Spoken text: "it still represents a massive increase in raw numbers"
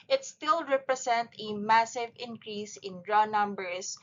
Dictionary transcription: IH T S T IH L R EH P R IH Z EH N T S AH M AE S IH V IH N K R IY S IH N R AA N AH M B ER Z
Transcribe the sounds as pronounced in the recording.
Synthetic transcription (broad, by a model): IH T S T IH L R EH P R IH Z EH N T AH M AE S IH V IH N K R IY S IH N R AA N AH M B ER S